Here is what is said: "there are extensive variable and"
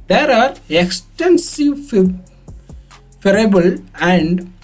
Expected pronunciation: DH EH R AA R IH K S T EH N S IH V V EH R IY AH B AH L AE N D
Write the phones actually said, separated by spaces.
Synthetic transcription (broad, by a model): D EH R AA R IH K S T EH N S IH V F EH R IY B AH L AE N D